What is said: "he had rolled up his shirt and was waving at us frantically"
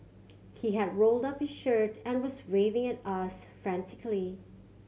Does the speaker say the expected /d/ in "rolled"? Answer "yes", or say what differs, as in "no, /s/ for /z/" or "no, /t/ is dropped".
yes